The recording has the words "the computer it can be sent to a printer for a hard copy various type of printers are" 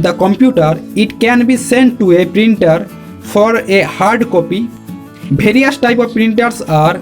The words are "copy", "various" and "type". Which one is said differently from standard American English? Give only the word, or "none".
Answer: various